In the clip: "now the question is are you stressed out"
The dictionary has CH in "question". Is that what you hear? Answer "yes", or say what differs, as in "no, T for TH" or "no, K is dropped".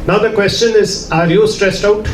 yes